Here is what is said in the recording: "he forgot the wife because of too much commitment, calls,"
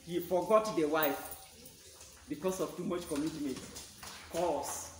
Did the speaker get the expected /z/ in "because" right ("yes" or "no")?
no